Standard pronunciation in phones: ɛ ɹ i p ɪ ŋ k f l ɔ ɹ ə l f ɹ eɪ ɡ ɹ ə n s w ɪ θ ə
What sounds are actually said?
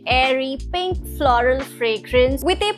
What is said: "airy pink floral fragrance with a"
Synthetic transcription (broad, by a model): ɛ ɹ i p ɪ ŋ k f l ɔ ɹ ə l f ɹ eɪ ɡ ɹ ə n s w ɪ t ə